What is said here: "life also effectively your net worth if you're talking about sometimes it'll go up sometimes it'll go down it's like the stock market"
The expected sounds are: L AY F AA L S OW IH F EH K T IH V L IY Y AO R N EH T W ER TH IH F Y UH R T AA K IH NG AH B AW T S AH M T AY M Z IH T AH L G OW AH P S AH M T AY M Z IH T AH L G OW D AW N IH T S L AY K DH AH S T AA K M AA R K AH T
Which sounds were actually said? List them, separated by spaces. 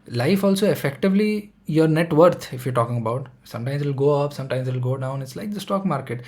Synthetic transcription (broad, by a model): L AY F AA L S OW IH F EH K T IH V L IY Y AO R N EH T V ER T IH F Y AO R T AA K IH NG AH B AW T S AH M T AY M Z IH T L G OW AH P S AH M T AY M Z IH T L G OW D AW N IH T S L AY K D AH S T AA K M AA R K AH T